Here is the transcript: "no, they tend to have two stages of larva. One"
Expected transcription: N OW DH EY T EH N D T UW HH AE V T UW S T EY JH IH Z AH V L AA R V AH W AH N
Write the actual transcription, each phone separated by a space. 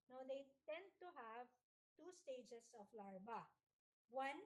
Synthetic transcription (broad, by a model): N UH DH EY T EH N D T UW HH AE V T UW S T EY JH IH S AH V L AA R B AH W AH N